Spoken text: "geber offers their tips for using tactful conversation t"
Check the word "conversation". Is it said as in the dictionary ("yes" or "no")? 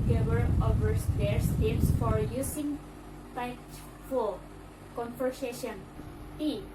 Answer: no